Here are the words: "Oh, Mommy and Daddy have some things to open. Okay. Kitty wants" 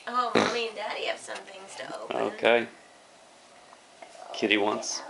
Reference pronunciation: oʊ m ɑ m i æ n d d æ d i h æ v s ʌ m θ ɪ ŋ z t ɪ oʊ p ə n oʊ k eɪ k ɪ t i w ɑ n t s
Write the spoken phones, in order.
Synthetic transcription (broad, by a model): oʊ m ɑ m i n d d æ d i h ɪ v s ʌ m θ ɪ ŋ z t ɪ oʊ ə oʊ k eɪ k ɪ t i w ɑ n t s